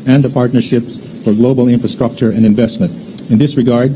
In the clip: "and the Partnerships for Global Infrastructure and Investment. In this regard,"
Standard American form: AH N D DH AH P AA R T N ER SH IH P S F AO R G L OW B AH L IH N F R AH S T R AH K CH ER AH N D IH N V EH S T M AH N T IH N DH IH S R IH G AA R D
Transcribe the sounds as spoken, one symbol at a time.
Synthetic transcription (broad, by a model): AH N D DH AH P AA R T N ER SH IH P F AO R G L OW B AH L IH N F R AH S T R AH K CH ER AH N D IH N V EH S T M AH N T IH N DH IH S R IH G AA R D